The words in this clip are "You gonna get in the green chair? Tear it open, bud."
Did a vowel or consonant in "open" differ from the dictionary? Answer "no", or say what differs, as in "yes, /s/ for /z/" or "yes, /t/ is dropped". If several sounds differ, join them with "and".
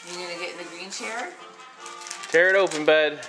no